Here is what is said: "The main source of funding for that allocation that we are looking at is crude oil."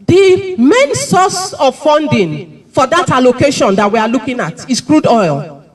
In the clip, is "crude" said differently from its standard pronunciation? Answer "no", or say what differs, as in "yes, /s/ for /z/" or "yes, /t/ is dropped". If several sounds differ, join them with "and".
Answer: no